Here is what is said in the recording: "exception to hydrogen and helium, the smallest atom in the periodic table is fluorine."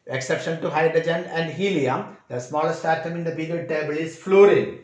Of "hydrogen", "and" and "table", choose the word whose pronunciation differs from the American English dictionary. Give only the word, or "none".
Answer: none